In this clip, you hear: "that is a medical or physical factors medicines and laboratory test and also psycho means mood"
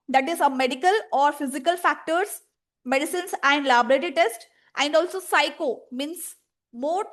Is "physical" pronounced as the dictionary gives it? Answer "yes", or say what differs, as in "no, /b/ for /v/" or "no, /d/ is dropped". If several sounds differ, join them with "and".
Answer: yes